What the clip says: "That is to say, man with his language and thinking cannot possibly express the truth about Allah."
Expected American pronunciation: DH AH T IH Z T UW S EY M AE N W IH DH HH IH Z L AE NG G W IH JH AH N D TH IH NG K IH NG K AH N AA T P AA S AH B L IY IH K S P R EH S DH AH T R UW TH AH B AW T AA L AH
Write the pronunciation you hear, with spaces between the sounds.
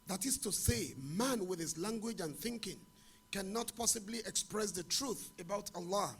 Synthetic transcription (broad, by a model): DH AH T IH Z T UW S EY M AE N W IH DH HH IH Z L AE NG G W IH JH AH N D TH IH NG K IH NG K AH N AA T P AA S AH B L IY IH K S P R EH S DH AH T R UW TH AH B AW T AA L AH